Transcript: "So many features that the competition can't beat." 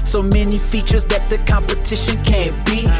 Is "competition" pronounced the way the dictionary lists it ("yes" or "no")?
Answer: yes